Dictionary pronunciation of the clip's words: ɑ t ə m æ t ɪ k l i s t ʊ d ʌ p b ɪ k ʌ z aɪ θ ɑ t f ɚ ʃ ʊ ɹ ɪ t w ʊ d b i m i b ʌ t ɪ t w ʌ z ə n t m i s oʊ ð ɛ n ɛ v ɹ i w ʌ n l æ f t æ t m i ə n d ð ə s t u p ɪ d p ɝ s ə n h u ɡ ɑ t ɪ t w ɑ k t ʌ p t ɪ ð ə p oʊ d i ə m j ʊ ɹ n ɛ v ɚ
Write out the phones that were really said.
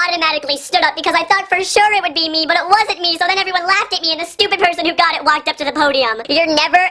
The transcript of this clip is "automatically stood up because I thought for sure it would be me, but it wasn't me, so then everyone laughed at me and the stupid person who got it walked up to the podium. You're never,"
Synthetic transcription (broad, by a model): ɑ t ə m æ t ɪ k l i s t ʊ d ʌ p b ɪ k ʌ z aɪ θ ɑ t f ɚ ʃ ʊ ɹ ɪ t w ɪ d b i m i b ʌ t ɪ t w ʌ z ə n m i s oʊ ð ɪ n ɛ v ɹ i w ʌ n l æ f t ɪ t m i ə n ð ə s t u p ɪ d p ɝ s ə n h u ɡ ɑ t ɪ t w ɑ k t ʌ p t ɪ ð ə p oʊ d i ə m j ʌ ɹ n ɛ v ɚ